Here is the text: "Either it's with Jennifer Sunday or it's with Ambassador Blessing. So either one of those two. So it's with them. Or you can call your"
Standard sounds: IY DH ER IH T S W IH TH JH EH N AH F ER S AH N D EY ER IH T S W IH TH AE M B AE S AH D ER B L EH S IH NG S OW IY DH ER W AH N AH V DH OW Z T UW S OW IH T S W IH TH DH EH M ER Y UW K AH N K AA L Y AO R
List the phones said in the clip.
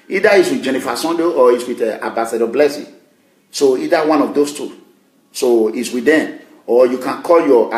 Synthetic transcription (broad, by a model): IY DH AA IH T S W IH JH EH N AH F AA S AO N D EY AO IH T S W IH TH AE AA B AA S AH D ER B L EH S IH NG S OW IY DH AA W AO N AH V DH OW S T UW S OW IH T S W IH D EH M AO Y UW K AH N K AA L Y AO